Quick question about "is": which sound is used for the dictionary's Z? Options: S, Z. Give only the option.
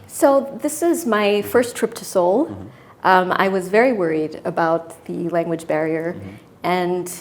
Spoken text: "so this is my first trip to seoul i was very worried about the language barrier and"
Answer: Z